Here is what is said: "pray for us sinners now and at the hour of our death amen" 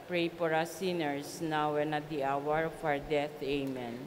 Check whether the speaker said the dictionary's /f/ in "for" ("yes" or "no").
no